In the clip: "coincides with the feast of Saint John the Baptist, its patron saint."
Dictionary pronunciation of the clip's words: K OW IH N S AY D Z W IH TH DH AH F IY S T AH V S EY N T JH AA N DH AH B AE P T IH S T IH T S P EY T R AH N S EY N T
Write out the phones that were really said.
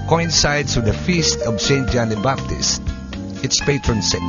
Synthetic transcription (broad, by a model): K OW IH N S AY D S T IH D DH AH F IY S T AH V S EY N T JH AA N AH B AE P T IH S T IH T S P EY T R AH N S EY